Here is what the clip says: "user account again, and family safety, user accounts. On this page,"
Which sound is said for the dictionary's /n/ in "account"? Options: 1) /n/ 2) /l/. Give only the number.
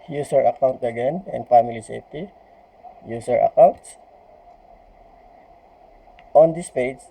1